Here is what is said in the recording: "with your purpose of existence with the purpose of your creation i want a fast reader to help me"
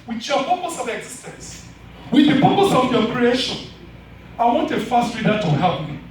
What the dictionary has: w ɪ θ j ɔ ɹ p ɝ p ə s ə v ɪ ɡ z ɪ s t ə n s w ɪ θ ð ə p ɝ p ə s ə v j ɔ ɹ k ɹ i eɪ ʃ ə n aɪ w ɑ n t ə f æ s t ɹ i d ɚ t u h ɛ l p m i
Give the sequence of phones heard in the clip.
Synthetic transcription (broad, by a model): w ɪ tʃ j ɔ p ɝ p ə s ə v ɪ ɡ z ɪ s t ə n s w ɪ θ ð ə p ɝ p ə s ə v j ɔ k ɹ i eɪ ʃ ə n aɪ w ɑ n t ə f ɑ s t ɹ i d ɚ t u h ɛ p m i